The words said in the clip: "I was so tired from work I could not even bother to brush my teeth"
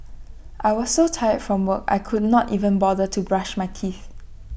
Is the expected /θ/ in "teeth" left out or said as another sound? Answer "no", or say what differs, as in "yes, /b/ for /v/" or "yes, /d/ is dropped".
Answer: no